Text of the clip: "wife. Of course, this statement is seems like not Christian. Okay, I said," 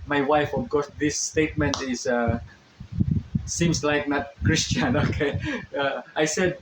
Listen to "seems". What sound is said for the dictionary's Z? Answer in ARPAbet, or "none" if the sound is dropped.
S